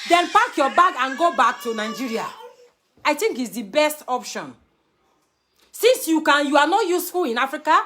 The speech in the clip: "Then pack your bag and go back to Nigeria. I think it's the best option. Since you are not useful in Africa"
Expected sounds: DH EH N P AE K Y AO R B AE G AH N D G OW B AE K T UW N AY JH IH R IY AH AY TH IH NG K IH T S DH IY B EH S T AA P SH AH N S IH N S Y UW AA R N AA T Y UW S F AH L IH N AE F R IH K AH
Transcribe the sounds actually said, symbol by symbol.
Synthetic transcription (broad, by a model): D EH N F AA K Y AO B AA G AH N G OW B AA K T UW N AY JH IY R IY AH AY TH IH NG K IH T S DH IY B EH S T AA P SH AH N S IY N S Y UW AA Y N AA T Y UW S F AH L IH N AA F R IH K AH